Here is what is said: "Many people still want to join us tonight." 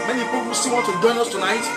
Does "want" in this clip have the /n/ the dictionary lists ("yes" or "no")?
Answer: no